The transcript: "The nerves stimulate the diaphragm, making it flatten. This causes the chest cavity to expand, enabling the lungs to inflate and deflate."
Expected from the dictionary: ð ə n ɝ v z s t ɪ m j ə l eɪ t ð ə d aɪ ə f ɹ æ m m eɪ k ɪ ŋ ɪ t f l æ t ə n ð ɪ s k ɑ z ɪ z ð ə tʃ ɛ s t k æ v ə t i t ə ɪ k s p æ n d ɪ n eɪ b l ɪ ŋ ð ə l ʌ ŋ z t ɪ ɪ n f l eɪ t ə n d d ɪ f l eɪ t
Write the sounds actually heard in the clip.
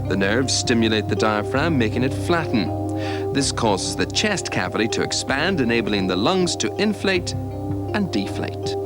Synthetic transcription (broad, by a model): ð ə n ɝ v z s t ɪ m j ə l eɪ t ð ə d aɪ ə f ɹ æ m m eɪ k ɪ ŋ ɪ t f l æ t n ð ɪ s k ɑ z ɪ z ð ə tʃ ɛ s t k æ v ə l i t ə ɪ k s p æ n d ɪ n eɪ b l ɪ ŋ ð ə l ʌ ŋ z t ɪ ɪ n f l eɪ t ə n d d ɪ f l eɪ t